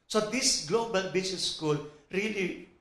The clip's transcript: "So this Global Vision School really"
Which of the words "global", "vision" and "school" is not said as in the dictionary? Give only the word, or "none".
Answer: vision